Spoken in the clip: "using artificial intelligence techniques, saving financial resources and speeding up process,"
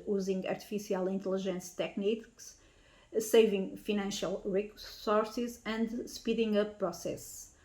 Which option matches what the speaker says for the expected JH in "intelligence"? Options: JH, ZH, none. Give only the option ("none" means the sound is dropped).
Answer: ZH